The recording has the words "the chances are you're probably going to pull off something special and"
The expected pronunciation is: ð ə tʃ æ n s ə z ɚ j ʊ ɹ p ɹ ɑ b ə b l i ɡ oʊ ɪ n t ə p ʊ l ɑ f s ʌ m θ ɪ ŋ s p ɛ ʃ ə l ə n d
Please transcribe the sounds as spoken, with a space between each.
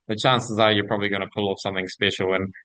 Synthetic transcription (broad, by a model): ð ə tʃ æ n s ə z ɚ j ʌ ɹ p ɹ ɑ b ə b l i ɡ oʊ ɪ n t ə p ʊ l ɑ f s ʌ m θ ɪ ŋ s p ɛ ʃ l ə n